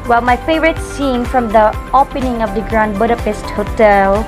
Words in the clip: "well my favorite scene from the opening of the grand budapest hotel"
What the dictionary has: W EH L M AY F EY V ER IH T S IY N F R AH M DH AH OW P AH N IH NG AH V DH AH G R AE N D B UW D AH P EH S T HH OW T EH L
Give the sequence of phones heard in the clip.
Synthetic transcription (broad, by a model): W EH L M AY F EY V ER IH T S IY N F R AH M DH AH OW P AH N IH NG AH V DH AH G R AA N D B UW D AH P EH S T HH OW T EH L